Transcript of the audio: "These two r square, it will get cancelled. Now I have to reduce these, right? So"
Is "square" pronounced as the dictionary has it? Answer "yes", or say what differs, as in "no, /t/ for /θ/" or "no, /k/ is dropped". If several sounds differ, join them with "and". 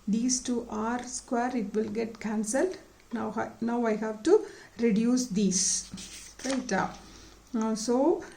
yes